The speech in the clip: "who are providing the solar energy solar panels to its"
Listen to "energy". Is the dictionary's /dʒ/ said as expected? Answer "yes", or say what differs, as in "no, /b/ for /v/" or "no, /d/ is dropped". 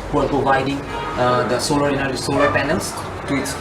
no, /dʒ/ is dropped